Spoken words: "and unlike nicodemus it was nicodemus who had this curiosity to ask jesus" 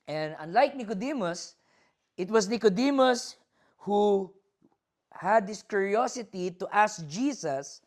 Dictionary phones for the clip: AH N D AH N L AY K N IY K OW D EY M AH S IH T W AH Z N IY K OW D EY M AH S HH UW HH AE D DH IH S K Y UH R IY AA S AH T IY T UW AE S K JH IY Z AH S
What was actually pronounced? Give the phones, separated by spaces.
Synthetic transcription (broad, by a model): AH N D AH N L AY K N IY K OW D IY M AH S IH T W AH S N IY K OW D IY M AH S HH UW HH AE D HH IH S K Y UH R IY AA S AH T IY T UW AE S K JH IY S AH S